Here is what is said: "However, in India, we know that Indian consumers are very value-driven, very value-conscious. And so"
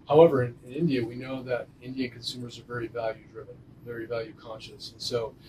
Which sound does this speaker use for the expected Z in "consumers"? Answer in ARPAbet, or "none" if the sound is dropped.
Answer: Z